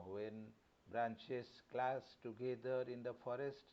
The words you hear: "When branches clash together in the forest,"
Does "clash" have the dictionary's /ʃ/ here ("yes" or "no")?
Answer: no